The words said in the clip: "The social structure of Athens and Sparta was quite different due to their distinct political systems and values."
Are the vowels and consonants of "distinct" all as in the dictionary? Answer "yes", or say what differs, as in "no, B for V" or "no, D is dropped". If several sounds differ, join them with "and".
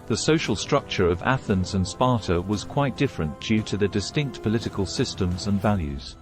yes